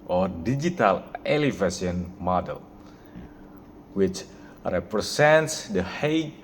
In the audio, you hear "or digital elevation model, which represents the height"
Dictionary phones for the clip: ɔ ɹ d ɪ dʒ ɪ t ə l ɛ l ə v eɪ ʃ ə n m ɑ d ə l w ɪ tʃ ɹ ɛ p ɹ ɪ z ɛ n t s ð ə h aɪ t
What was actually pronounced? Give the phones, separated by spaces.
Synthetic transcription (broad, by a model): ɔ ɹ d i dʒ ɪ t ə l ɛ l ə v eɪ s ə n m ɑ d ə l w ɪ tʃ ɹ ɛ p ɹ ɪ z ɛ n t s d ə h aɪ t